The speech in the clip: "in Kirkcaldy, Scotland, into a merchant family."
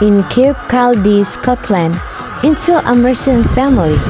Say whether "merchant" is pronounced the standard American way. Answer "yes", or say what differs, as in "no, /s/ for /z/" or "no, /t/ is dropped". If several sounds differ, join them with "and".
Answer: no, /s/ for /tʃ/